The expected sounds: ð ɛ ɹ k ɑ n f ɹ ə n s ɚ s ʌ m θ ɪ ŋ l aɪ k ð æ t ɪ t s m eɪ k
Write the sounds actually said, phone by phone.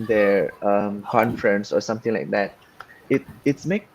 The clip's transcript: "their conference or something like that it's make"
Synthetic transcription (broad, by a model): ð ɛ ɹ k ɑ n f ɹ ə n s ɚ s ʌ m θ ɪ ŋ l aɪ k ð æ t ɪ t s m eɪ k